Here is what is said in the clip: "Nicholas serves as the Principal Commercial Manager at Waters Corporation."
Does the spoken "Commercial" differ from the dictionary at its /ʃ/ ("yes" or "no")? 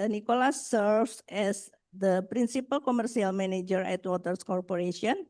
yes